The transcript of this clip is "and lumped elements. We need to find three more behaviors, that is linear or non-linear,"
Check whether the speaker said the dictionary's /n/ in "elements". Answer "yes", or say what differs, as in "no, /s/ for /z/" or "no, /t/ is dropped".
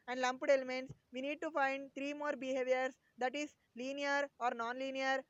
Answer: yes